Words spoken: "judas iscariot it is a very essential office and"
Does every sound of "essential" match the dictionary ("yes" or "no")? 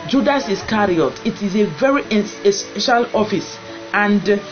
no